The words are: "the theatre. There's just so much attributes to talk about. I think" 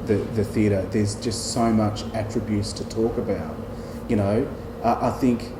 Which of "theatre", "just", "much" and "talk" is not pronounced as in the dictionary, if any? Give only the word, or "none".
none